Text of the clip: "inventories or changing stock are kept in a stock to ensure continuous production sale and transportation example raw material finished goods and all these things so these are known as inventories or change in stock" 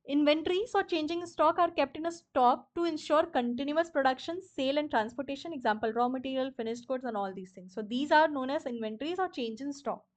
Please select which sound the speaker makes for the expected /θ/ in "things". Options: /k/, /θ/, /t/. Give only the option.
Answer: /t/